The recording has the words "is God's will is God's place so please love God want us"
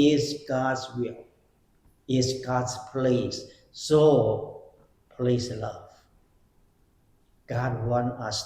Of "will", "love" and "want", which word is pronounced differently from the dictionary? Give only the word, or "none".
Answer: want